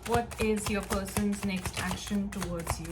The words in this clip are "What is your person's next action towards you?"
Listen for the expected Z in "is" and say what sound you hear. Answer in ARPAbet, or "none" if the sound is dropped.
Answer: Z